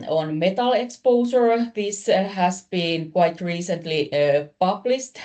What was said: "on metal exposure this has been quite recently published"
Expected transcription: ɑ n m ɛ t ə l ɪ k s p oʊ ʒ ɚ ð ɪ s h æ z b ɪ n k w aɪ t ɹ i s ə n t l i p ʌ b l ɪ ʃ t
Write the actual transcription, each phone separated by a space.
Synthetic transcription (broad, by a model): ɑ n m ɛ t ə l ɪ k s p oʊ s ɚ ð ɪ s h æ s b ɪ n k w aɪ t ɹ i s ə n t l i p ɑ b l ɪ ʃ t